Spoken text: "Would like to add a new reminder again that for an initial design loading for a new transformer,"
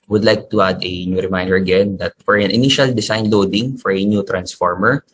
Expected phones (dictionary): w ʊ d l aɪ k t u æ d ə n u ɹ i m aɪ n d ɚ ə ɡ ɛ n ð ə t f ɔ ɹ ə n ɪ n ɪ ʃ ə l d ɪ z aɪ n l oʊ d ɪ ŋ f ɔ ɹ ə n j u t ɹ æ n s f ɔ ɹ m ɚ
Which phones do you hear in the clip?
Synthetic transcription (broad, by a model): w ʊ d l aɪ k t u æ d ə n u ɹ i m aɪ n d ɚ ə ɡ ɛ n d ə t f ɔ ɹ ə n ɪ n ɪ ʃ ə l d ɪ s aɪ n l oʊ d ɪ ŋ f ɔ ɹ ə n j u t ɹ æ n s f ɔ ɹ m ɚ